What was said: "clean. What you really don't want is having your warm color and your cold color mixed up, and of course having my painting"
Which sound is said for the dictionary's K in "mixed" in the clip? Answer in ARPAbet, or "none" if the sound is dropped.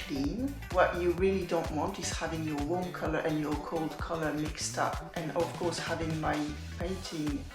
K